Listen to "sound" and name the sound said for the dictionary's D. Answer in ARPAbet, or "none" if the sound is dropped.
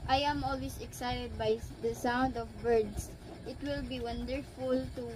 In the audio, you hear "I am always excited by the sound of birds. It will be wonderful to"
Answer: D